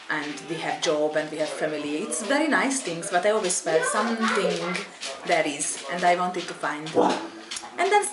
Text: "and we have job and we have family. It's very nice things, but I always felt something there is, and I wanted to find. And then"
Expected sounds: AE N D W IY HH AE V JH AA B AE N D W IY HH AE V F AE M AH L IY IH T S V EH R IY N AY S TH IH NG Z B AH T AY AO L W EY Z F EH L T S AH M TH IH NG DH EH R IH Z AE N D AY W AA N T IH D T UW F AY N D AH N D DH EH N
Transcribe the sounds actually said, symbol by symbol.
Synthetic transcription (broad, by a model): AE N D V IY HH AE V JH AA B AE N D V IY HH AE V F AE M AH L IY IH T S V EH R IY N AY S T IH NG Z B AH T AY AO L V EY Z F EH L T S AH M T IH NG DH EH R IH Z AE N D AY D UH N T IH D T UW F AY N D AH N D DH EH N